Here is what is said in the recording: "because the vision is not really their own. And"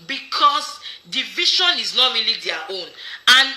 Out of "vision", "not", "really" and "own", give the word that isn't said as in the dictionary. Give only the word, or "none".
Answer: vision